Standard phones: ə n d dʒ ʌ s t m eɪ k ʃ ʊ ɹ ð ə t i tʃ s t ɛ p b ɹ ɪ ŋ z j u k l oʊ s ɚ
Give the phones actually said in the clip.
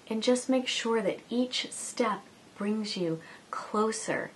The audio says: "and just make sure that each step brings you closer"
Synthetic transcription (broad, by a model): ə n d dʒ ʌ s t m eɪ k ʃ ʊ ɹ ð ə t i tʃ s t ɛ p b ɹ ɪ ŋ z j u k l oʊ s ɚ